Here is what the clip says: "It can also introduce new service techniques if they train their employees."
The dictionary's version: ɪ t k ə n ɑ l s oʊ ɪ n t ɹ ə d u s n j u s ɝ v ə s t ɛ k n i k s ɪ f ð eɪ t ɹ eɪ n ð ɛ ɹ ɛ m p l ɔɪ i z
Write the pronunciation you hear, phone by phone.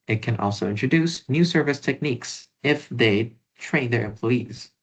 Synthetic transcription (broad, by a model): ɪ t k ə n ɑ l s oʊ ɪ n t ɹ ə d u s n j u s ɝ v ə s t ɛ k n i k s ɪ f ð eɪ t ɹ eɪ n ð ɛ ɹ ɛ m p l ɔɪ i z